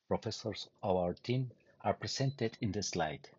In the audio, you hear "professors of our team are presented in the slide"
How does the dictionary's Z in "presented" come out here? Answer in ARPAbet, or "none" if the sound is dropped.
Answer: S